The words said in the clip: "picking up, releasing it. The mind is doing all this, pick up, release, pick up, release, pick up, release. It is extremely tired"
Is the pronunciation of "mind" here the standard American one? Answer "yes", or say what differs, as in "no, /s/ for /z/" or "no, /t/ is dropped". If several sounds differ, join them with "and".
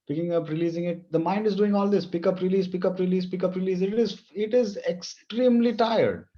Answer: yes